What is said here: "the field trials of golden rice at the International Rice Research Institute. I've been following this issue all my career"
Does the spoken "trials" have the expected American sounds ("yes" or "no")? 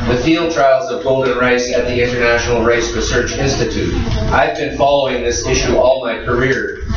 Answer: yes